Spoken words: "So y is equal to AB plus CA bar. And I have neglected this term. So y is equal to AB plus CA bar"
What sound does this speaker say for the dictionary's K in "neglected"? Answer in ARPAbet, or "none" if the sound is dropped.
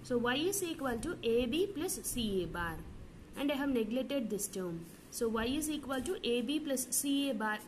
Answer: none